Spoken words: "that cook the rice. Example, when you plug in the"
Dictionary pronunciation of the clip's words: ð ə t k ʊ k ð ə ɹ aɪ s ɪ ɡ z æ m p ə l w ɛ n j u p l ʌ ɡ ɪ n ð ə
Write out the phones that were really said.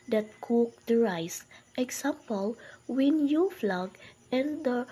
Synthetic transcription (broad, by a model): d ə t k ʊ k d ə ɹ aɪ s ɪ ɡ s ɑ m p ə l w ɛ n j u f l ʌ ɡ ɪ n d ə